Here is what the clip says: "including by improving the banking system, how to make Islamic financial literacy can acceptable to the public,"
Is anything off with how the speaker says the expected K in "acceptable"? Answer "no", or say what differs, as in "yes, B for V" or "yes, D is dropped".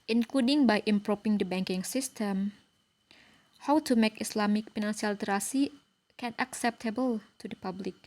no